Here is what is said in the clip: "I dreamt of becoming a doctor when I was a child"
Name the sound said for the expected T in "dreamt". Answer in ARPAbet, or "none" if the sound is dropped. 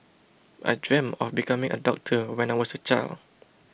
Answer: none